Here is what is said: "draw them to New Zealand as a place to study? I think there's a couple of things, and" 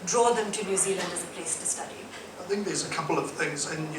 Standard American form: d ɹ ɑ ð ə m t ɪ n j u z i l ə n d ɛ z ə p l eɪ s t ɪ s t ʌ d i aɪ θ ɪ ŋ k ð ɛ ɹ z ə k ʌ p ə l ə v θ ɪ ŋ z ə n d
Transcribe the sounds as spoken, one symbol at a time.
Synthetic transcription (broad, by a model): d ɹ ɑ ð ə m t ɪ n j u z i l ə n d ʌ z ə p l eɪ s t ɪ s t ʌ d i aɪ θ ɪ ŋ k ð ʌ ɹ z ə k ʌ p l ə v θ ɪ ŋ z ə n